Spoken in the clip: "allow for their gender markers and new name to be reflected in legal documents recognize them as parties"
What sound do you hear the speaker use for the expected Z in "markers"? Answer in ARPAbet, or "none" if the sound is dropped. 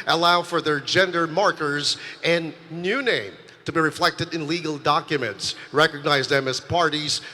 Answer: Z